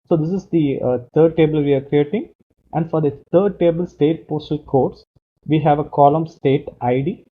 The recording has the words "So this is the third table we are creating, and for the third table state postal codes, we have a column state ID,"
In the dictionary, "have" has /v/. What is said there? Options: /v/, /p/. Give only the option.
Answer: /v/